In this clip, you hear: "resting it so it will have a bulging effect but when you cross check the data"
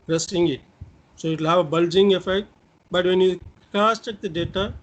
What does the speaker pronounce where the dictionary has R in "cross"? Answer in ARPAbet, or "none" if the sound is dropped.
none